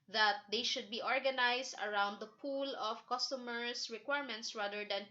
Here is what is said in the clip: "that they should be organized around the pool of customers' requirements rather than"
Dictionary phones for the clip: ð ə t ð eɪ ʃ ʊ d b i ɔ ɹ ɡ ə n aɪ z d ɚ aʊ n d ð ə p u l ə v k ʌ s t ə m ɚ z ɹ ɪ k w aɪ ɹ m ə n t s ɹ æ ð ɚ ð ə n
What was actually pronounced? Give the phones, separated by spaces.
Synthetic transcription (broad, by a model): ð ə t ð eɪ ʃ ʊ d b i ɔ ɹ ɡ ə n aɪ s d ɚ aʊ n d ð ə p u l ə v k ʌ s t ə m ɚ s ɹ ɪ k w aɪ ɹ m ə n t s ɹ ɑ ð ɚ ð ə n